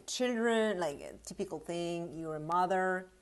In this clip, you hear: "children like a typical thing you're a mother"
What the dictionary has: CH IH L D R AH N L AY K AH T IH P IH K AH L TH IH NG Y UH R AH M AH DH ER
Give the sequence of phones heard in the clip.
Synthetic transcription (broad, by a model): CH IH L D R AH N L AY K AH T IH P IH K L TH IH NG Y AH R AH M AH DH ER